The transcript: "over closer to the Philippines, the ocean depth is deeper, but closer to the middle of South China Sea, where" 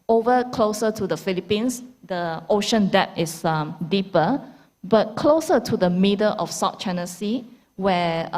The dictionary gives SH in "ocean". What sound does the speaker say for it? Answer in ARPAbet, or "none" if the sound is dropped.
SH